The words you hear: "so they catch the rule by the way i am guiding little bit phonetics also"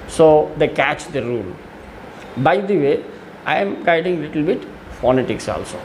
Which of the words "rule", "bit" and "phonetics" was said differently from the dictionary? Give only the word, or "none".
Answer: none